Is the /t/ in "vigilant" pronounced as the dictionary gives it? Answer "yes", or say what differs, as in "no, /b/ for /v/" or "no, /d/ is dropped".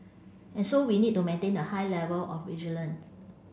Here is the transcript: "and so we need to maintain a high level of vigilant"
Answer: no, /t/ is dropped